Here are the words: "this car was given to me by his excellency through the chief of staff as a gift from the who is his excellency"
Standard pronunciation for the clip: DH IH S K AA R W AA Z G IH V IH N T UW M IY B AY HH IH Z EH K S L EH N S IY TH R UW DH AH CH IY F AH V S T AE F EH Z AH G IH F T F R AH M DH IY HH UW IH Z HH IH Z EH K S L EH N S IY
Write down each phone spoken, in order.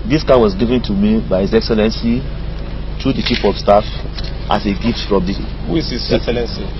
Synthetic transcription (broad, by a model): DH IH S K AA W AA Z G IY V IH N T UW M IY B AY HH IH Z EH K S L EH N S IY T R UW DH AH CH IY P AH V S T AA F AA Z AH G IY F T F R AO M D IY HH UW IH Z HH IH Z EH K S L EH N S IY